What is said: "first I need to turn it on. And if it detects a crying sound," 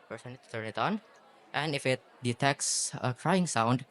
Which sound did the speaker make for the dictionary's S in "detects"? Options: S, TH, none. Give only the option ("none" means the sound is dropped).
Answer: S